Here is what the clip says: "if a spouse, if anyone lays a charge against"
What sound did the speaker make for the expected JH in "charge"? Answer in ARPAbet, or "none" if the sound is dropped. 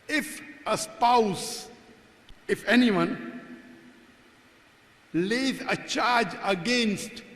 JH